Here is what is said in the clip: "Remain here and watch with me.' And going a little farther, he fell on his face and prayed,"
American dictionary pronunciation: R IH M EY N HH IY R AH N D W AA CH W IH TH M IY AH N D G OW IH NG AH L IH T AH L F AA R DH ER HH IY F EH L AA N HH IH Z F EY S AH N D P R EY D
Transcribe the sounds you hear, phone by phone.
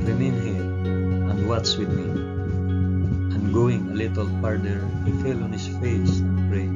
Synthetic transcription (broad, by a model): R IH M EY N HH IY R AH N D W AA S W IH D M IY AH N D G OW IH NG AH L IH T AH L P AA R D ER HH IY F EH L AA N HH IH S F EY S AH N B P R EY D